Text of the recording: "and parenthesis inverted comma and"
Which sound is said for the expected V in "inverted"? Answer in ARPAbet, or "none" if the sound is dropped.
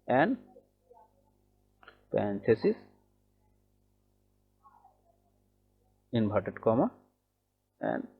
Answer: B